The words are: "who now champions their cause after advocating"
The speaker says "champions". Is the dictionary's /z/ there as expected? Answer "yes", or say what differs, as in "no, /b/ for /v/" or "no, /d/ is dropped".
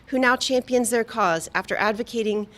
yes